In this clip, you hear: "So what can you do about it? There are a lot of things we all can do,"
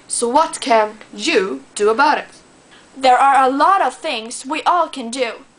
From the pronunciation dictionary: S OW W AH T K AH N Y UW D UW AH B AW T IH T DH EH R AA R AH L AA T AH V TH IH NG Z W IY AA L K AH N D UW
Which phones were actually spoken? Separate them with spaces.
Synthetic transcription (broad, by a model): S OW W AH T K AH N Y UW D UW AH B AW T IH T DH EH R AA R AH L AA T AH V TH IH NG Z W IY AA L K AH N D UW